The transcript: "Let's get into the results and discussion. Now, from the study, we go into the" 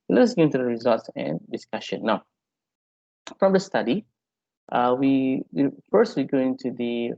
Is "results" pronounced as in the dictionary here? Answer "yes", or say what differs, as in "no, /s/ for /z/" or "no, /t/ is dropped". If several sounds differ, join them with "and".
yes